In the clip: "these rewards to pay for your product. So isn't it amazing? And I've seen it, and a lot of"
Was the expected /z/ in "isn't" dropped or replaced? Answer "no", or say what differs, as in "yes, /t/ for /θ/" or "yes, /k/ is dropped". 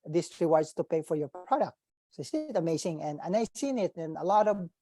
yes, /s/ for /z/